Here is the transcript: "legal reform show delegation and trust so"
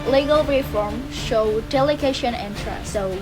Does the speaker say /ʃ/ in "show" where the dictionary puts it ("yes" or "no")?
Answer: yes